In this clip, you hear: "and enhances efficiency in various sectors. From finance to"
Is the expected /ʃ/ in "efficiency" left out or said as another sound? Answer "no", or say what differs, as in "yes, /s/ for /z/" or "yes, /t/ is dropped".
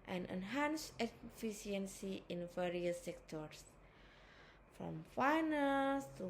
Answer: yes, /ʃ/ is dropped